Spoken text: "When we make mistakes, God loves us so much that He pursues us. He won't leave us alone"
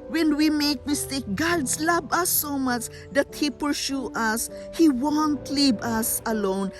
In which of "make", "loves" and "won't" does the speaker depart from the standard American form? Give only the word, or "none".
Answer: loves